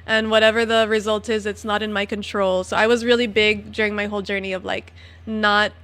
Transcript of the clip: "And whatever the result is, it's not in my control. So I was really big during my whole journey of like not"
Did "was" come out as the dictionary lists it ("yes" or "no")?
yes